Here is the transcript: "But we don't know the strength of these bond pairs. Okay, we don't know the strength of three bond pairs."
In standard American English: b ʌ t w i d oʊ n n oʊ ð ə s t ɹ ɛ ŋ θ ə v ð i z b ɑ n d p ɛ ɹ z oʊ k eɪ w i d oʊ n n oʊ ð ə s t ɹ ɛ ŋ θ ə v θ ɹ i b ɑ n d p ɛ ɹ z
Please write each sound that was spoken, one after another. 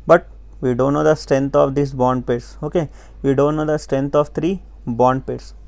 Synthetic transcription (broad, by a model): b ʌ t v i d oʊ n n oʊ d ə s t ɹ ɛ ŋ t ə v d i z b ɑ n d p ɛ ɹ s oʊ k eɪ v i d oʊ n n oʊ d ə s t ɹ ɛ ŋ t ə v t ɹ i b ɑ n d p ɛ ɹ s